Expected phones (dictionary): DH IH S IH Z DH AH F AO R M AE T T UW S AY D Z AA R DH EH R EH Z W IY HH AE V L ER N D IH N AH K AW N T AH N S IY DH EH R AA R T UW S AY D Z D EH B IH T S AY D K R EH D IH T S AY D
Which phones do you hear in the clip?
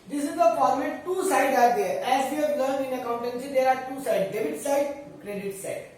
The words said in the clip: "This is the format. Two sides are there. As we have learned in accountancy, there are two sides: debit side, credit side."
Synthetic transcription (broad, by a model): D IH S IH Z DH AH P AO L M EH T T UW S AY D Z AA R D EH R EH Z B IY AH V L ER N IH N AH K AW N T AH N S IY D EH R AA R T UW S AY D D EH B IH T S AY D K R EH D IH T S AY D